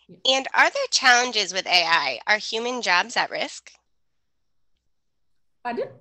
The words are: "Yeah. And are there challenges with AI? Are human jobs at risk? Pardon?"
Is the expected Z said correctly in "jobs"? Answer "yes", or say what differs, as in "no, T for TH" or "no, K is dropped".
yes